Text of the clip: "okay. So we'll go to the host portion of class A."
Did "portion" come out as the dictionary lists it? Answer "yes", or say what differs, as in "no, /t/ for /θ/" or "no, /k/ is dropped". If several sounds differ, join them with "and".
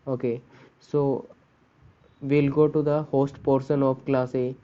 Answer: no, /s/ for /ʃ/